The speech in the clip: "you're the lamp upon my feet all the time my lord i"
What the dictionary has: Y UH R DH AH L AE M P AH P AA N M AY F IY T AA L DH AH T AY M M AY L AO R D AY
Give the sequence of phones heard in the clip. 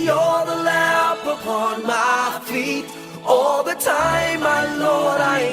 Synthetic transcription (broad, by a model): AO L DH AH L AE P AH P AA N M AY F IY T AA L DH AH T AY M M AY L AO R D AY